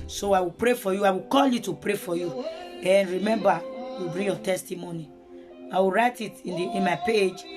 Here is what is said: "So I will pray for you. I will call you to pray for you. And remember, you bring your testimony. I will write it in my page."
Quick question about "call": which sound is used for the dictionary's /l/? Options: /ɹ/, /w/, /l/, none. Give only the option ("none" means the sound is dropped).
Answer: /l/